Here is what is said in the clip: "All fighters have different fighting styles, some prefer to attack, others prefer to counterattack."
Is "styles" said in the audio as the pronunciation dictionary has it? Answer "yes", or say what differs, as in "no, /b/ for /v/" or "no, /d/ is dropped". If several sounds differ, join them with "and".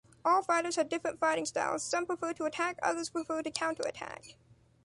yes